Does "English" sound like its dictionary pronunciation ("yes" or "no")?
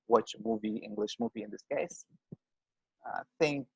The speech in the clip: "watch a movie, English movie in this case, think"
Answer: yes